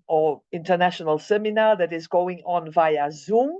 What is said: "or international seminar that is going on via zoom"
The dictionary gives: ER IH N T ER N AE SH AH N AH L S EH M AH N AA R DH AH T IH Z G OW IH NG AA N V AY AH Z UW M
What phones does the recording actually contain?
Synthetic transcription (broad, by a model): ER IH N T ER N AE SH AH N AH L S EH M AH N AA DH AH T IH Z G OW IH NG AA N V AY AH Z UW M